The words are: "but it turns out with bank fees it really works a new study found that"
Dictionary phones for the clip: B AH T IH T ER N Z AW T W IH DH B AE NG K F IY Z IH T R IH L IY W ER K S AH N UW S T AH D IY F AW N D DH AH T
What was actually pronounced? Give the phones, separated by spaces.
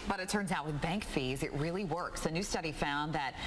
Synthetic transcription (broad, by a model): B AH T IH T ER N Z AW T W IH DH B AE NG K F IY Z IH T R IH L IY W ER K S AH N UW S T AH D IY F AW N DH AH T